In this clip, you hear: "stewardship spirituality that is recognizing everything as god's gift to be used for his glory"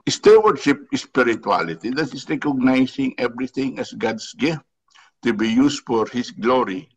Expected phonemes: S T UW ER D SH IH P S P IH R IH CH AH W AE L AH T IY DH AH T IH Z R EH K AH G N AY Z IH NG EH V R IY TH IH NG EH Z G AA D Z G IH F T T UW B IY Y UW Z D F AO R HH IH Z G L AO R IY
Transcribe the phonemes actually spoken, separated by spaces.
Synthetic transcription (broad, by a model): S T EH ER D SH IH P S P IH R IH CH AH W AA L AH T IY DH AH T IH S R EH K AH G N AY S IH NG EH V R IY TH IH NG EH S G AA D S G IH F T T UW B IY Y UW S F AO R HH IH S G L AO R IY